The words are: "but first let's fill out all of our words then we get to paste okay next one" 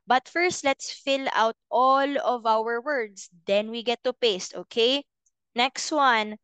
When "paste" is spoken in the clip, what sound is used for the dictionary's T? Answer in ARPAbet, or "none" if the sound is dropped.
T